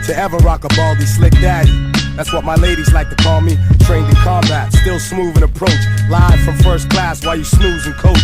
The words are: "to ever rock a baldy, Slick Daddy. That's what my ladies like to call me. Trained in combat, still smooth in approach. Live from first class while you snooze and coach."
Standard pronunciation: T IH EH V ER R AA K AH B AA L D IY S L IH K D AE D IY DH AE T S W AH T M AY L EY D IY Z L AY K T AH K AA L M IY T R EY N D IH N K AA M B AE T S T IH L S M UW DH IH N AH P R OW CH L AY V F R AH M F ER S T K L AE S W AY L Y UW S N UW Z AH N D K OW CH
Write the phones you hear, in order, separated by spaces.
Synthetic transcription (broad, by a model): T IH EH V ER R AA K AH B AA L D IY S L IH K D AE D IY DH AE T S W AH T M AY L EY D IY Z L AY K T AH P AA N M IY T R EY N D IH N K AA M B AE T S T IH L S M UW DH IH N AH P R OW CH L AY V F R AH M F ER S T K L AE S W AY L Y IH S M UW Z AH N K OW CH